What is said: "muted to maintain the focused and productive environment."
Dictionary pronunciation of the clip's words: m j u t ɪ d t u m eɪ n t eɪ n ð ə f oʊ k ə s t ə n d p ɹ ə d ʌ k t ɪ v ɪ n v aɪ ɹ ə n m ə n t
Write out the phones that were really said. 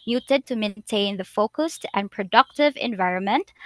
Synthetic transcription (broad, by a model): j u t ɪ d t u m eɪ n t eɪ n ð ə f oʊ k ə s t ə n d p ɹ ə d ʌ k t ɪ v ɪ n v aɪ ɹ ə n m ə n t